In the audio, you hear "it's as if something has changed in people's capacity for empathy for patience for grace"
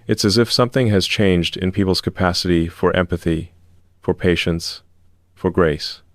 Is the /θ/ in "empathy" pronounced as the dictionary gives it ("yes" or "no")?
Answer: yes